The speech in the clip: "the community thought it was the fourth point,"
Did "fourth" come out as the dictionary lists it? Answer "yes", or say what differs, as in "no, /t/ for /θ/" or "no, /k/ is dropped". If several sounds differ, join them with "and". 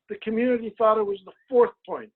yes